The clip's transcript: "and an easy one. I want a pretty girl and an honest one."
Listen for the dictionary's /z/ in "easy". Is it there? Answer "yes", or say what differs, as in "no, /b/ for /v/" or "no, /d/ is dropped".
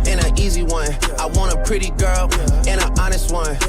yes